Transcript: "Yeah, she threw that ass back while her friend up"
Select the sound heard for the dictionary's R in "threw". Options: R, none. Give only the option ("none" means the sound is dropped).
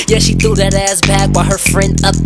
none